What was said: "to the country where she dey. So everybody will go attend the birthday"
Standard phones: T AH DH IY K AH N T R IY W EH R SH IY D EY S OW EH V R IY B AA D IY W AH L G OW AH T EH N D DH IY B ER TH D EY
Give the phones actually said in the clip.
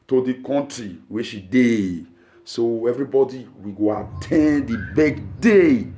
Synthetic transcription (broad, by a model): T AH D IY K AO N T R IY W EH SH IY D EY S OW EH V R IY B AA D IY W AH G OW AH T EH N D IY B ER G D EY